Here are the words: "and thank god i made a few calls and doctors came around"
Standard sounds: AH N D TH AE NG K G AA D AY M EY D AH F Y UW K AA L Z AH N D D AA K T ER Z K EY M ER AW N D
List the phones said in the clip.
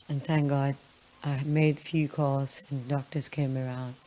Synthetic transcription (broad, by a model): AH N TH AE NG K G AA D AY M EY D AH F Y UW K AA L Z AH N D D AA K T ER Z K EY M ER AW N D